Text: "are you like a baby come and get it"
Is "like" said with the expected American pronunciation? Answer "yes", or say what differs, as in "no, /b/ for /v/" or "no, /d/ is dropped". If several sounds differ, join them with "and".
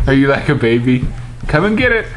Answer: yes